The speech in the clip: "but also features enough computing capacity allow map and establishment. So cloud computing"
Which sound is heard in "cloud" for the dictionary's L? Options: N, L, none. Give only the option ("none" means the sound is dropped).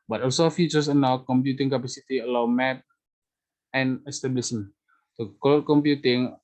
none